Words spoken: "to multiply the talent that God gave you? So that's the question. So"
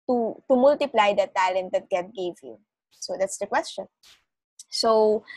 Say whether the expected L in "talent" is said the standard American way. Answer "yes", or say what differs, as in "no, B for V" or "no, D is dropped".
yes